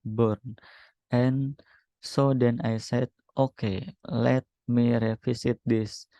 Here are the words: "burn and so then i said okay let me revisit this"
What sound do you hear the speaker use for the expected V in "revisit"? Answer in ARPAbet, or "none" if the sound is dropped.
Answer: F